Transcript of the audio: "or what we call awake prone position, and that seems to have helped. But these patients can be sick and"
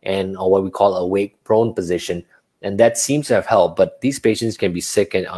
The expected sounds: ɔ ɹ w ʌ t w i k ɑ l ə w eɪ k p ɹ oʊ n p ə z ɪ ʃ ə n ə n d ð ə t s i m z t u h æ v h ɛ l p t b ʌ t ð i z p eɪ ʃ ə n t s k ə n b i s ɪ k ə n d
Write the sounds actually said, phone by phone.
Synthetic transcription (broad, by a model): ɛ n w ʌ t w i k ɑ l ə w eɪ k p ɹ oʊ n p ə z ɪ ʃ ə n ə n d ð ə t s i m s t u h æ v h ɛ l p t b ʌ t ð i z p eɪ ʃ ə n t s k ə n b i s ɪ k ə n